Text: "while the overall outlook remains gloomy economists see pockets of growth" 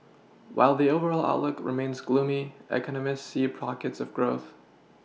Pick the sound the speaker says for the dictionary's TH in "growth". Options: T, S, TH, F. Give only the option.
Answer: TH